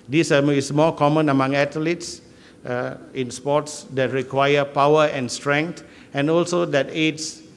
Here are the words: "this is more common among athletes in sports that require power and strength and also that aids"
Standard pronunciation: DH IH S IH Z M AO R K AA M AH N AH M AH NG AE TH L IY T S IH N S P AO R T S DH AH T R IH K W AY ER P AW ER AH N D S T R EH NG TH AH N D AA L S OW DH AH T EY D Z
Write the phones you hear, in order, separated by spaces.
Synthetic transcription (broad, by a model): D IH S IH S M AO K AA M AH N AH M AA NG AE T L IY T S IH N S P AO T S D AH T R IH K W AY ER P AW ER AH N S T R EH NG T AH N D AA L S OW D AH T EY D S